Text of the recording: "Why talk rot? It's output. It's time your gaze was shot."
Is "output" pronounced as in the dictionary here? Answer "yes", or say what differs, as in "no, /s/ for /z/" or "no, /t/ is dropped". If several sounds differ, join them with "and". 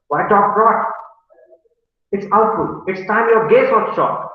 no, /f/ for /p/